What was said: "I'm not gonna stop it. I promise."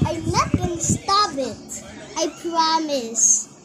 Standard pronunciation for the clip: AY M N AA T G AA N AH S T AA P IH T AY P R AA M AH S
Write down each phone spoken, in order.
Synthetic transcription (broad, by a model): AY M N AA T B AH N S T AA B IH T AY P R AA M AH S